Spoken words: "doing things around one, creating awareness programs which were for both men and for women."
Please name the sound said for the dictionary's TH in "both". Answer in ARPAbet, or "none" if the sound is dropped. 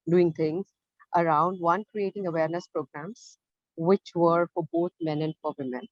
T